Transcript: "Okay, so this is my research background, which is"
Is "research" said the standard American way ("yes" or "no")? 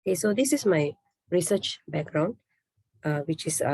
yes